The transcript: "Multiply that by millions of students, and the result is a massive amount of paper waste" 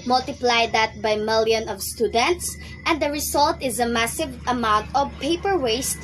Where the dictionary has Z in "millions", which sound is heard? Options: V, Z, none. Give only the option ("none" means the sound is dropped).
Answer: none